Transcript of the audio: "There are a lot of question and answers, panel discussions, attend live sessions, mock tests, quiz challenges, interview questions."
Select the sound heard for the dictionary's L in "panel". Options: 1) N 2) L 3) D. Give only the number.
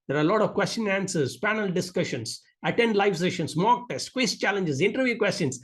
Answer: 2